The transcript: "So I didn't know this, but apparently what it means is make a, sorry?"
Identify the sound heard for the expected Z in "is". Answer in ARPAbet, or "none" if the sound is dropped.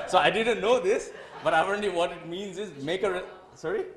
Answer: Z